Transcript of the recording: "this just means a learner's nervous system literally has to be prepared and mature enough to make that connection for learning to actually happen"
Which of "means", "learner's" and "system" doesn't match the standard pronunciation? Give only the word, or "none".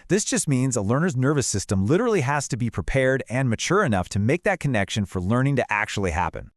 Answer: none